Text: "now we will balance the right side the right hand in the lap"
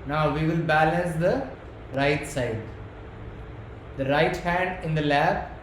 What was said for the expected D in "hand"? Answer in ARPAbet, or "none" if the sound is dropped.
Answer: D